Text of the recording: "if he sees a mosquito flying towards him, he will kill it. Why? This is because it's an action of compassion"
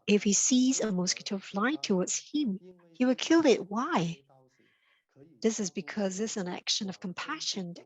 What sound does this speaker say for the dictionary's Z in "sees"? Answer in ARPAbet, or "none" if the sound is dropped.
Z